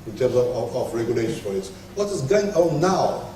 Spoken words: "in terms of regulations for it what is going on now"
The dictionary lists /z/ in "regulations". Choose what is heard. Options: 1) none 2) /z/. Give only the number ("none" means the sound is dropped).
1